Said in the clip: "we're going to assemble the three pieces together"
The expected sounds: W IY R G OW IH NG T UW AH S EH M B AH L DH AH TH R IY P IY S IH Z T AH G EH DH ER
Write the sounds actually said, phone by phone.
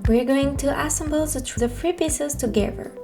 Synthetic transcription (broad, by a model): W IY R G OW IH NG T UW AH S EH M B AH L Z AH F R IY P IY S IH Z T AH G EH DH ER